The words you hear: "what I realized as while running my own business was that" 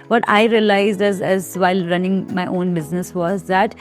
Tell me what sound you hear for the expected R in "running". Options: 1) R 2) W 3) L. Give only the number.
1